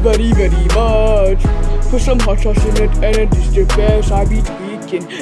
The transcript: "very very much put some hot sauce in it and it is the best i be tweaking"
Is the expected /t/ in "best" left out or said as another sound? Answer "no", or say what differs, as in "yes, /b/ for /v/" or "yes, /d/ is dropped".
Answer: yes, /t/ is dropped